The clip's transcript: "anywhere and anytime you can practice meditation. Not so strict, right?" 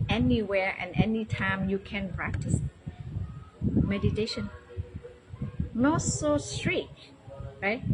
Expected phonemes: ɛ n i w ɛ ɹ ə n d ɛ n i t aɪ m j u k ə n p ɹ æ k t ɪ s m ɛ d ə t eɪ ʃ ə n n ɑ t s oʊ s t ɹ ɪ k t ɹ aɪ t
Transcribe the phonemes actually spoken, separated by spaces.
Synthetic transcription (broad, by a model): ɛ n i w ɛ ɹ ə n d ɛ n i t aɪ m j u k ə n p ɹ æ k t ɪ s m ɛ d ə t eɪ ʃ ə n n ɑ t s oʊ s t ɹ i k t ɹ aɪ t